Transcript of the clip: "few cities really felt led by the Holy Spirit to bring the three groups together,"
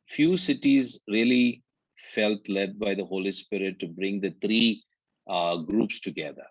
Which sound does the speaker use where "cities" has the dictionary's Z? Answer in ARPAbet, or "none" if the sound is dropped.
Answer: Z